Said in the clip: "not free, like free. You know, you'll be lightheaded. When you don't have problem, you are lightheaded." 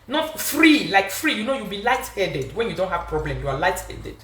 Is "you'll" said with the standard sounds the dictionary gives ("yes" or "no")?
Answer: no